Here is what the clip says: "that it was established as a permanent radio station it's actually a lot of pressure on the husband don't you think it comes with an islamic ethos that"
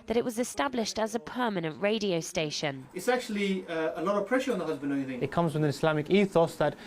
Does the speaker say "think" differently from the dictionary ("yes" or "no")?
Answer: yes